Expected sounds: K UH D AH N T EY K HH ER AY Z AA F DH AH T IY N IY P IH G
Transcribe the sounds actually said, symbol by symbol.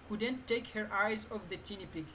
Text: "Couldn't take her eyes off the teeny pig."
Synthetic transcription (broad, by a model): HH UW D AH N T EY K HH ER AY Z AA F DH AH T IY N IY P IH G